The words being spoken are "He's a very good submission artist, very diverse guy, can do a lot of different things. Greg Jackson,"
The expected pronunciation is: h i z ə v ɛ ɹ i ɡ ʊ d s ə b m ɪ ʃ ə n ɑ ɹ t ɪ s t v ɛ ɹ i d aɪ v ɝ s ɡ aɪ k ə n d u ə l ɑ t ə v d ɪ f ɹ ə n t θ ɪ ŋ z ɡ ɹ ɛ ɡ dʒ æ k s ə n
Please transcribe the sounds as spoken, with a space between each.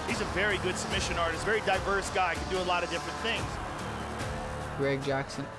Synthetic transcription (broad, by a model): h i z ə v ɛ ɹ i ɡ ʊ d s ə b m ɪ ʃ ə n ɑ ɹ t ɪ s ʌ v ɛ ɹ i d aɪ v ɝ s ɡ aɪ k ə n d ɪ ə l ɑ t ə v d ɪ f ɹ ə n θ ɪ ŋ z ɡ ɹ ɛ ɡ dʒ æ k s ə n